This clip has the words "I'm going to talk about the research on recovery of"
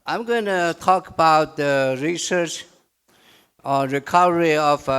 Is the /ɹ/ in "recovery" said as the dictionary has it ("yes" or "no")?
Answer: yes